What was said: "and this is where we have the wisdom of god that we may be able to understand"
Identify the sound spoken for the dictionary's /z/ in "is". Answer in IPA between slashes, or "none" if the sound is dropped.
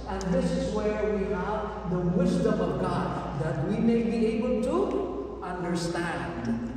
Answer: /z/